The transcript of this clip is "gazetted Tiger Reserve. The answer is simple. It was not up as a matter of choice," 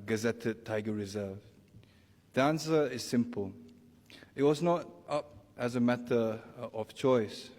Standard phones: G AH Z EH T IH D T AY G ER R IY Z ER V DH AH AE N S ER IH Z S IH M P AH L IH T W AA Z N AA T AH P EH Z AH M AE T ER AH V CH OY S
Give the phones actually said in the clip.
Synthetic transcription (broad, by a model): G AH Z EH T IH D T AY G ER R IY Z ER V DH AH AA N S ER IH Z S IH M P AH L IH T W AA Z N AA T AH P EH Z AH M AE T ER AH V CH OY S